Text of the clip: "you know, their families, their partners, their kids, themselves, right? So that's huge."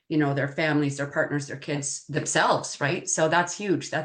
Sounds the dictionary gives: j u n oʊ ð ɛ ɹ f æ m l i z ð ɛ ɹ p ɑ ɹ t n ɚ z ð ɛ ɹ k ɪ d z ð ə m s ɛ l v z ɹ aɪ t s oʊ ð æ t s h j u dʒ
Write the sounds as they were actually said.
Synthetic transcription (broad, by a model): j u n oʊ ð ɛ ɹ f æ m l i z ð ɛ ɹ p ɑ ɹ t n ɚ z ð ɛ ɹ k ɪ d z ð ə m s ɛ l v z ɹ aɪ t s oʊ ð æ t s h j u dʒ